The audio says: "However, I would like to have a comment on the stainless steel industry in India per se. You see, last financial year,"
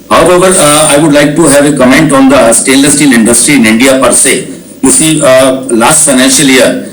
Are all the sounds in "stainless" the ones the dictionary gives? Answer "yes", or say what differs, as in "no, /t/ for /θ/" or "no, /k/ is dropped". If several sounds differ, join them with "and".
no, /n/ is dropped